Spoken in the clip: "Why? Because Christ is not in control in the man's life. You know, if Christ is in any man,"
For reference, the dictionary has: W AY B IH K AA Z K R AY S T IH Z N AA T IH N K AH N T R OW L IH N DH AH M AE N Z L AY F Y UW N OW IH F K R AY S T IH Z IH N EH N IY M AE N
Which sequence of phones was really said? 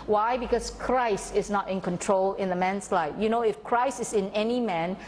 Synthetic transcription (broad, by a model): W AY B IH K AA S K R AY S T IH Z N AA T IH N K AH N T R OW L IH N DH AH M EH N S L AY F Y UW N OW IH F K R AY S T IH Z IH N EH N IY M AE N